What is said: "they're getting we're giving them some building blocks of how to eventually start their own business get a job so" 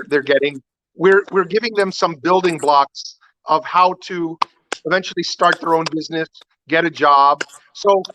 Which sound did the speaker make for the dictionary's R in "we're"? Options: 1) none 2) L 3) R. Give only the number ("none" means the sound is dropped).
3